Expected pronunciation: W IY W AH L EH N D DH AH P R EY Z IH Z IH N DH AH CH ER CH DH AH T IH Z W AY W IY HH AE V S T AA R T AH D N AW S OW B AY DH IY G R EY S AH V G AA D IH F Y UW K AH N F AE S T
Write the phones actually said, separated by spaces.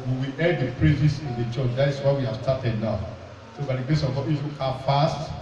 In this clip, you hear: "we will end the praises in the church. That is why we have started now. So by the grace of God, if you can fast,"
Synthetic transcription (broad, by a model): W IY W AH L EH D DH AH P R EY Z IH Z IH N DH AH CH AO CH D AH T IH S W AY W IY HH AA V S T AA T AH D N AW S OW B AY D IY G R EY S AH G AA IH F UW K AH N F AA S T